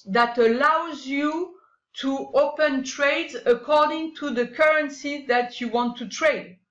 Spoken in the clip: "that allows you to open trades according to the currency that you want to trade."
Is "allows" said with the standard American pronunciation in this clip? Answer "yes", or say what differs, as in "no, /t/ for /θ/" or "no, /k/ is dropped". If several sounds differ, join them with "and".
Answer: yes